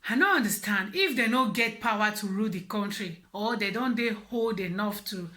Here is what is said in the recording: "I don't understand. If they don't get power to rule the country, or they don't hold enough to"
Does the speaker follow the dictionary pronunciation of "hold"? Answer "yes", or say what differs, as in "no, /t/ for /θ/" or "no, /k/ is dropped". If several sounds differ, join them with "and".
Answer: yes